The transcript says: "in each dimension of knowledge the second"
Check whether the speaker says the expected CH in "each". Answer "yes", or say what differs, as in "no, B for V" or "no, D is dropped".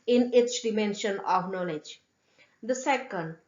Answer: no, S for CH